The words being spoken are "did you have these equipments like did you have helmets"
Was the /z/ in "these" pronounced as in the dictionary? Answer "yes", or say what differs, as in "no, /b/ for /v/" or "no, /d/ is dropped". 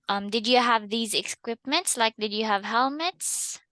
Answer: yes